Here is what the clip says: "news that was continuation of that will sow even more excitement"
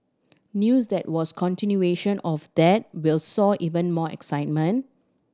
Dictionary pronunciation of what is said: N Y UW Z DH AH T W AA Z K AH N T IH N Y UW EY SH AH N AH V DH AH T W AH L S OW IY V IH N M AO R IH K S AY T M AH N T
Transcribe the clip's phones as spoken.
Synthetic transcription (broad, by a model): N Y UW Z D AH T W AA S K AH N T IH N Y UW EY SH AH N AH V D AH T W AH L S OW IY V IH N M AO IH K S AY T M AH N T